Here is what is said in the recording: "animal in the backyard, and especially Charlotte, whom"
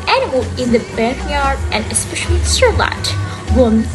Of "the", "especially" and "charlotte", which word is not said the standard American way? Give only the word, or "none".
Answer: charlotte